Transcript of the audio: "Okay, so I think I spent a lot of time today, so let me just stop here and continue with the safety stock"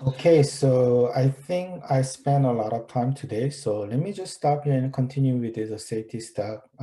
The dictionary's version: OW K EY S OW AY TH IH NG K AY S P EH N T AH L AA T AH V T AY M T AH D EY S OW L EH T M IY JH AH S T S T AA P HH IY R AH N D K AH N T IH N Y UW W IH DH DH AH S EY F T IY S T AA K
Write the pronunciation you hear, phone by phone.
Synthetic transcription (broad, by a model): OW K EY S OW AY TH IH NG K AY S P EH N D AH L AA T AH V T AY M T AH D EY S OW L EH T M IY JH AH S T S T AA P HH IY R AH N K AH N T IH N Y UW W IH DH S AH S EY T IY S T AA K